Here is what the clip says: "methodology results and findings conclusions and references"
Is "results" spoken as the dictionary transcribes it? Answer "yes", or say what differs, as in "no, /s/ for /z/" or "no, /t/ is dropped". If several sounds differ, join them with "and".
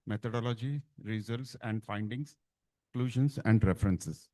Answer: yes